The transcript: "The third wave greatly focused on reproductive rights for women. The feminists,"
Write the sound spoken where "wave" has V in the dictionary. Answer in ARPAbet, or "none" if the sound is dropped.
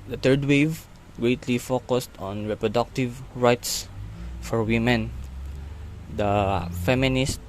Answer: V